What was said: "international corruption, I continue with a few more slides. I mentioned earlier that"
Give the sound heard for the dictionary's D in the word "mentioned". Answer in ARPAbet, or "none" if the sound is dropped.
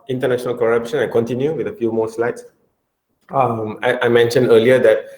D